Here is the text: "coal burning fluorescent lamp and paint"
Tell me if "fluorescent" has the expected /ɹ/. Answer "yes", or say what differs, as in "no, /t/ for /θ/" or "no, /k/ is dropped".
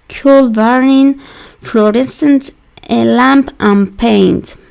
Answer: yes